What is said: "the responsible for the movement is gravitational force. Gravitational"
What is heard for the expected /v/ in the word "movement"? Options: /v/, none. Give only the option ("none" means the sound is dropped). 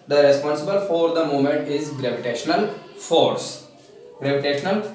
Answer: none